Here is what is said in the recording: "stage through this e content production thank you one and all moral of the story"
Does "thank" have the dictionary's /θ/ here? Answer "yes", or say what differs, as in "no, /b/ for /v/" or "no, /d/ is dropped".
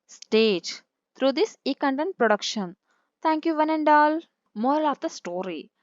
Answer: no, /t/ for /θ/